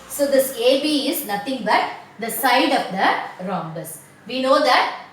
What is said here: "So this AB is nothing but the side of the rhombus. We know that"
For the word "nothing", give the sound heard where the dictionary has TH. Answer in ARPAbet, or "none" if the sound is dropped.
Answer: T